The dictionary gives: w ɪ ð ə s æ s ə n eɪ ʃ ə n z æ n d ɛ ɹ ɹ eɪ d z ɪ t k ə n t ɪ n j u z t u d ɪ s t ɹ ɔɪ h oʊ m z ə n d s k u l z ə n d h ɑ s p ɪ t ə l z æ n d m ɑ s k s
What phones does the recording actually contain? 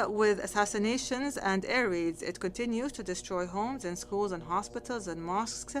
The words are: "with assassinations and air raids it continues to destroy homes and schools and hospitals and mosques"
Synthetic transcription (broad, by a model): w ɪ ð ə s æ s ə n eɪ ʃ ə n z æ n d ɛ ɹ ɹ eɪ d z ɪ t k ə n t ɪ n j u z t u d ɪ s t ɹ ɔɪ h oʊ m z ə n s k u l z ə n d h ɑ s p ɪ t ə l z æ n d m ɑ s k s